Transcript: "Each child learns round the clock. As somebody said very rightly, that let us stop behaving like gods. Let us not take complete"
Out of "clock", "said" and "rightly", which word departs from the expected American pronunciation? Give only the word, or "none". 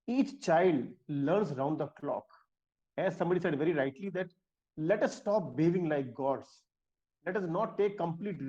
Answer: none